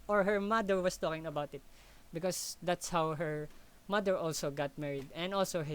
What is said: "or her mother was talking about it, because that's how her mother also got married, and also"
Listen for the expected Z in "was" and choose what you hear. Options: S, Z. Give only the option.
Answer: S